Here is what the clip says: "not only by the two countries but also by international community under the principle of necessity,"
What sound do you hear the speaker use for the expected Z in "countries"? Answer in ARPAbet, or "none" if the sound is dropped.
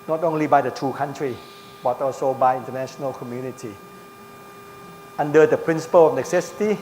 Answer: none